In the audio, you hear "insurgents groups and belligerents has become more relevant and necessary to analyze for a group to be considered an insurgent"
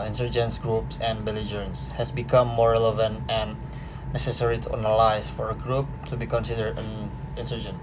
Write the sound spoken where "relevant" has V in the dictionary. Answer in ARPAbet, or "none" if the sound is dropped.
V